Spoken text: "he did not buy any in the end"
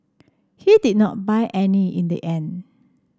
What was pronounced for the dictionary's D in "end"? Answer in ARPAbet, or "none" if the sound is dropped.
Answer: none